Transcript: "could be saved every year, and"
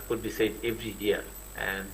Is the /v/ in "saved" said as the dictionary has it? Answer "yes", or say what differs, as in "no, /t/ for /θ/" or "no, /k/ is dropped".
no, /v/ is dropped